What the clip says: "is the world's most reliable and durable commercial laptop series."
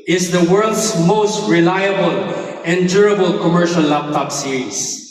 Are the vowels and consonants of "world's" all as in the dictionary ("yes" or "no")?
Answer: no